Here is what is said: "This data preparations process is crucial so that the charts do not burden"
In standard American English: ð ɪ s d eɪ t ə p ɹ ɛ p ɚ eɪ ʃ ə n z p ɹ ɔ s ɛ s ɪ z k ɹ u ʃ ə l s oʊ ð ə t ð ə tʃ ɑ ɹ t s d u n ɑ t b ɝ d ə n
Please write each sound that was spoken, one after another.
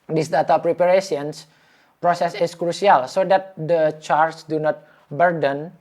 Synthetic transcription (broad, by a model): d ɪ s d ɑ t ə p ɹ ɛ p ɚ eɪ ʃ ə n s p ɹ ɔ s ɛ s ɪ s k ɹ u s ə l s oʊ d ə t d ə tʃ ɑ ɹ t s d u n ɑ t b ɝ d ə n